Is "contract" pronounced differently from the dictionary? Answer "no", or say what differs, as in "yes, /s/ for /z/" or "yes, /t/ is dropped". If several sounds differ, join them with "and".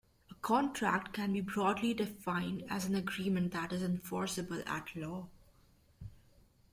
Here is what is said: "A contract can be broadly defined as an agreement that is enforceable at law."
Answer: no